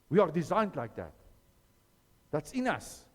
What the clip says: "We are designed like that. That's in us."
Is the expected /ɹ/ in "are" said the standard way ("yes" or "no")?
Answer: yes